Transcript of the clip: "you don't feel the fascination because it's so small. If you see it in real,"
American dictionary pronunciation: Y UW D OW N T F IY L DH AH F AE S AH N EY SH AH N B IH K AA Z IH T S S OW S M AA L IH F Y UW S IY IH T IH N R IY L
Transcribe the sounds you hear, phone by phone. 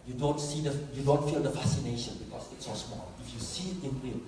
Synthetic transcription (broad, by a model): Y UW D OW N T F IY L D AH F AE S AH N EY SH AH N B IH K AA S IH T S S OW S M AA L IH F Y UW S IY IH T IH N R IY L